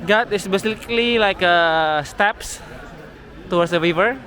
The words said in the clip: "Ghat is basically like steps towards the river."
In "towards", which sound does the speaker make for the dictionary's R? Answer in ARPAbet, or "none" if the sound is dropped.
W